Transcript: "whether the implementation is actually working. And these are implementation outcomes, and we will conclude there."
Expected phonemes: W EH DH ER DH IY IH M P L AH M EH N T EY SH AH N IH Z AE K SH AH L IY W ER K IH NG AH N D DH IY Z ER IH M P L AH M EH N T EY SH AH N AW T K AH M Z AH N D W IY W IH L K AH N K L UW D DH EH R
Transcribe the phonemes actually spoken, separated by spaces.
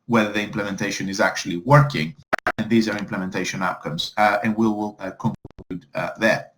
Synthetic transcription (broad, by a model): W EH DH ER DH IY IH M P L AH M EH N T EY SH AH N IH Z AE K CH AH L IY W ER K IH NG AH N DH IY Z ER IH M P L AH M EH N T EY SH AH N AW T K AH M Z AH N W IY W IH L K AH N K UW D DH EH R